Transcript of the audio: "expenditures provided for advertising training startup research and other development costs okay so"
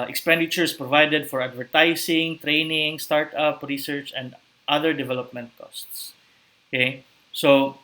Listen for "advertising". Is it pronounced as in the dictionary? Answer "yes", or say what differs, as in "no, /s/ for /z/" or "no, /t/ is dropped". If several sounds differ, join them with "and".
no, /s/ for /z/